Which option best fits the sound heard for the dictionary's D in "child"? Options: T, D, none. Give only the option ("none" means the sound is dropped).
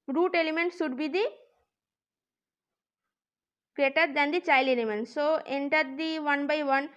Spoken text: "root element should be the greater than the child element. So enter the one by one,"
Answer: none